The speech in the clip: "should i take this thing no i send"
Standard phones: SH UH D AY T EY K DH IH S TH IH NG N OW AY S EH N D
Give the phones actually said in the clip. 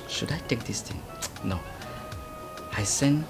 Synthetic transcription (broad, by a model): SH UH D AY T EY K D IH S T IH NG N OW AY S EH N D